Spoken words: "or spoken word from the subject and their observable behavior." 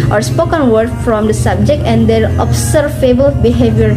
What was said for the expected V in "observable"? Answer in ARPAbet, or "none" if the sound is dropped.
F